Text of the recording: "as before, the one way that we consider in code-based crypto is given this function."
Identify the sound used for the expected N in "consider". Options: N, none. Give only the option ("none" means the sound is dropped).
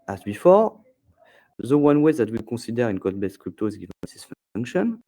none